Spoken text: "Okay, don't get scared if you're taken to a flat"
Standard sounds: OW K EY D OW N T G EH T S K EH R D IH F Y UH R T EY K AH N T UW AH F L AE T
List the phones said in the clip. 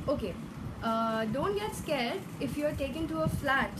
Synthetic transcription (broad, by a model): OW K EY D OW N T G EH T S K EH L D IH F Y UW R T EY K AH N T UW AH F L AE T